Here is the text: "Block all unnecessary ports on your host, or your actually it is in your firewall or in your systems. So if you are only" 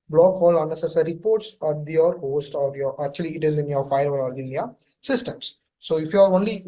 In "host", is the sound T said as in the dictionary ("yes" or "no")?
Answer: yes